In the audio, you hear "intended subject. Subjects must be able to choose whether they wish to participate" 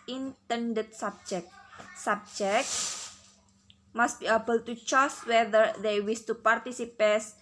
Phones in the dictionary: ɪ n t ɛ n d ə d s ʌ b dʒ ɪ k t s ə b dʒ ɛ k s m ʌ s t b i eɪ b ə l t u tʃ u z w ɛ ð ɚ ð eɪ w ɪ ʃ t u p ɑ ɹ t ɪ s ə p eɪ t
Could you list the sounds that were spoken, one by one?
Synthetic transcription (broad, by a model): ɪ n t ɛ n d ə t s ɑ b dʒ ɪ k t s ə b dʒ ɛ k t m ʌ s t b i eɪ b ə l t u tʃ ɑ s w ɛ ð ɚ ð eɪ w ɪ s t u p ɑ ɹ t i s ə p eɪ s